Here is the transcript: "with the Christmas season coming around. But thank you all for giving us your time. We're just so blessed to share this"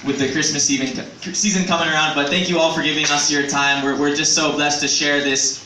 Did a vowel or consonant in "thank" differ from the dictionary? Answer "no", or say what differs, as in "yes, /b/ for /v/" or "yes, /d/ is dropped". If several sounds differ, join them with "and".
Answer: no